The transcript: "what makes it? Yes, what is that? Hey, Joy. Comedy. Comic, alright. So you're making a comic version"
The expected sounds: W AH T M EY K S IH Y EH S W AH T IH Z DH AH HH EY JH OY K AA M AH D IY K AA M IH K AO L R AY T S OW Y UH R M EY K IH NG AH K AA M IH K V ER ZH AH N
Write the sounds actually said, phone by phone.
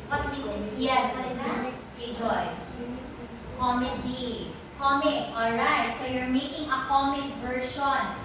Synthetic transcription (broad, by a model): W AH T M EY S Y EH S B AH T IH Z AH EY JH OY K AA M AH D IY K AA M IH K AO L R AY T S OW Y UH R M EY K IH NG AH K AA M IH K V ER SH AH N